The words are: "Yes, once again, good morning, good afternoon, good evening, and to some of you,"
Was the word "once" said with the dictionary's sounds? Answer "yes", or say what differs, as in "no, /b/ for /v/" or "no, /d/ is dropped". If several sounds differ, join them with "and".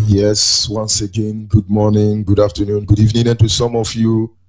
yes